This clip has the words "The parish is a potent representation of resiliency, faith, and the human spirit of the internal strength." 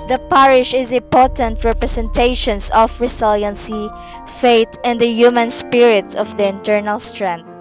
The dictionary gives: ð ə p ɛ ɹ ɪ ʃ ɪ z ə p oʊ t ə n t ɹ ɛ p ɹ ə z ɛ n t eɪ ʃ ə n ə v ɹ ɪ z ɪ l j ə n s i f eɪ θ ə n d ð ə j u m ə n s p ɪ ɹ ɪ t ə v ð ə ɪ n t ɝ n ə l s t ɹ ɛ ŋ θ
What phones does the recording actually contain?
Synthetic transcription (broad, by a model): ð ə p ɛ ɹ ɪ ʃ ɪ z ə p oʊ t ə n t ɹ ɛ p ɹ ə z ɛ n t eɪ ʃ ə n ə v ɹ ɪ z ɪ l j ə n s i f eɪ t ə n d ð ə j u m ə n s p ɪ ɹ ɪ t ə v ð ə ɪ n t ɝ n ə l s t ɹ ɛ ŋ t